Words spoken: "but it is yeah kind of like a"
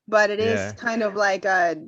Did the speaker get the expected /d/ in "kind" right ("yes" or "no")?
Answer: yes